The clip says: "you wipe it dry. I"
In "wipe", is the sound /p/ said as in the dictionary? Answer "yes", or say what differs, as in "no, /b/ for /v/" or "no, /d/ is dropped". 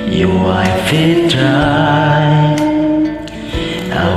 no, /f/ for /p/